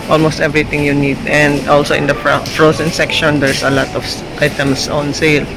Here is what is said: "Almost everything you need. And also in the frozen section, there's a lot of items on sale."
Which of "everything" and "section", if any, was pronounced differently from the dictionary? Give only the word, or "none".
everything